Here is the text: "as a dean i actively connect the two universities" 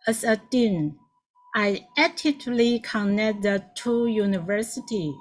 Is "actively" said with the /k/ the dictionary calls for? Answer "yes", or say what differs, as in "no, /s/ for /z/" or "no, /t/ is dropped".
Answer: no, /k/ is dropped